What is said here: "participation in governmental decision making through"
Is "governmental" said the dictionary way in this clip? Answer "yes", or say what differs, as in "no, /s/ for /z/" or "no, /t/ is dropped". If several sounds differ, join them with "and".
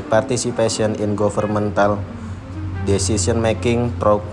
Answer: no, /f/ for /v/